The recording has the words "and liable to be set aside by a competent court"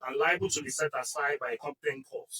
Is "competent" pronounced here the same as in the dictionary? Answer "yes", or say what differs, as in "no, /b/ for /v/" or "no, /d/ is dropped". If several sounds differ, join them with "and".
no, /m/ is dropped